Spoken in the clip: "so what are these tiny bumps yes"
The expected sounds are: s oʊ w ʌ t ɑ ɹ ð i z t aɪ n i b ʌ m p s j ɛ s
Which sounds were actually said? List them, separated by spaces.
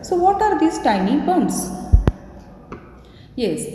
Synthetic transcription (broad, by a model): s oʊ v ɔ t ɑ ɹ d i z t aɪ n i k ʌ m s j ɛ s